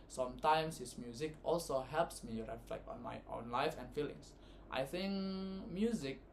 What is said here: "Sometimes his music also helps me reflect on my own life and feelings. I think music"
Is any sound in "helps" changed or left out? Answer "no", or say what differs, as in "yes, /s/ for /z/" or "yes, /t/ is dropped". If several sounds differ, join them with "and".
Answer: no